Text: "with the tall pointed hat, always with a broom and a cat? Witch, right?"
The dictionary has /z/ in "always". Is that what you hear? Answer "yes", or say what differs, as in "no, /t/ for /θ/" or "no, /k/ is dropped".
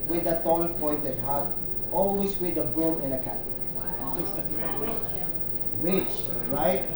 no, /s/ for /z/